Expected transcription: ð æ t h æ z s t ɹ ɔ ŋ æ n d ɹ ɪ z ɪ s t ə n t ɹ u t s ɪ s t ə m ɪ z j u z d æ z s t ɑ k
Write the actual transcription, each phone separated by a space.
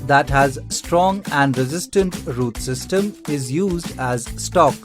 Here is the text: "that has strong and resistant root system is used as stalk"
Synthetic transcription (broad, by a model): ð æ t h æ z s t ɹ ɔ ŋ æ n d ɹ ɪ z ɪ s t ə n t ɹ u t s ɪ s t ə m ɪ z j u z d æ z s t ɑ k